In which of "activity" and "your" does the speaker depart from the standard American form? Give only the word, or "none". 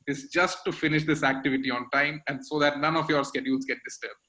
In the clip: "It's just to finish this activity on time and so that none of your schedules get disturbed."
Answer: none